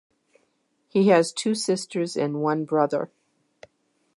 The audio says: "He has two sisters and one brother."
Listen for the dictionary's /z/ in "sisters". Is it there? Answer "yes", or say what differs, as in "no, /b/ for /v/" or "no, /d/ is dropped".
yes